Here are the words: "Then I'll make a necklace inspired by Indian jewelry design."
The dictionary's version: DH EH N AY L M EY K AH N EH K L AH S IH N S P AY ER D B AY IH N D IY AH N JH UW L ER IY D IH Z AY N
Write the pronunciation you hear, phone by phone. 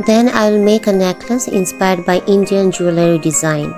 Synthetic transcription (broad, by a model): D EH N AY L M EY K AH N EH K AH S IH N S P AY ER D B AY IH N D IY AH N JH UW L ER IY D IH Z AY N